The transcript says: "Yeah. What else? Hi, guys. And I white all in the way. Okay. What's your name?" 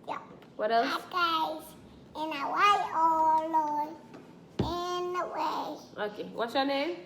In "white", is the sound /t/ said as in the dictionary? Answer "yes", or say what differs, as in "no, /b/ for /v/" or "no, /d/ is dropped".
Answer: no, /t/ is dropped